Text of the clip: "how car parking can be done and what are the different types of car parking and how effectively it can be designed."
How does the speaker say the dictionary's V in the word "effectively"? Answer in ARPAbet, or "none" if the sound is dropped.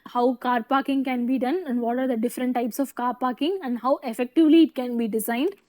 V